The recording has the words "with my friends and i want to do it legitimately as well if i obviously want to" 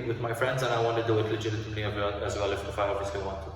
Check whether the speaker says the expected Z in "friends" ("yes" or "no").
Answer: yes